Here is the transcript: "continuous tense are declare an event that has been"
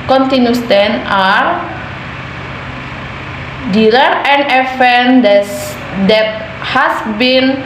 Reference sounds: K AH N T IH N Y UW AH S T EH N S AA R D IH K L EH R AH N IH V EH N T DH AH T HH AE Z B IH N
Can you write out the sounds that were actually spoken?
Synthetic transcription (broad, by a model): K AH N T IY N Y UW S T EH N AA R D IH L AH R AH N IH F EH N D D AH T HH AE S B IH N